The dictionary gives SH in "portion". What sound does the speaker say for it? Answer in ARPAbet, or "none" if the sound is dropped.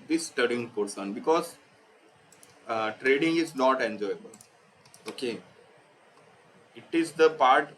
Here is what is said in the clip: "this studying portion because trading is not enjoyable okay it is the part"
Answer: S